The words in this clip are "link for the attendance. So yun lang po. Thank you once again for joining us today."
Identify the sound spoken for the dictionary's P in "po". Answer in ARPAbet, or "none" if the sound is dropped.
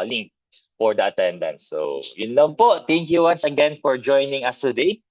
P